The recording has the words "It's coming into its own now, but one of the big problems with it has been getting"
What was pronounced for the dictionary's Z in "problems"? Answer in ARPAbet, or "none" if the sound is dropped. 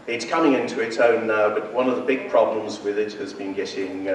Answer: Z